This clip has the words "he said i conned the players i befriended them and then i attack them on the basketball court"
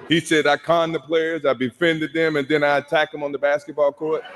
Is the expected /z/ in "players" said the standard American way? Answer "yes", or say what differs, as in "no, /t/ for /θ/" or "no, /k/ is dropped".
yes